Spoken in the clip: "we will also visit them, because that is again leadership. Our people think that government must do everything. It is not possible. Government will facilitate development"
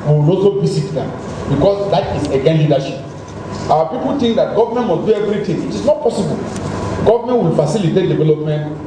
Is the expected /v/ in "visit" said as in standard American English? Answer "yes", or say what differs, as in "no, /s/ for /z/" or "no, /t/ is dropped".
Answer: no, /b/ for /v/